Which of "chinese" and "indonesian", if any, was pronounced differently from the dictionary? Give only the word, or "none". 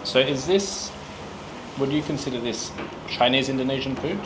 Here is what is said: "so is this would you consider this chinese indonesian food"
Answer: none